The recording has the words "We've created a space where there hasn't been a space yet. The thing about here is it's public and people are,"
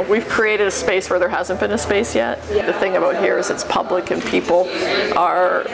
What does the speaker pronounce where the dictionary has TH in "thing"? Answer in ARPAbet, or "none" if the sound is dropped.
TH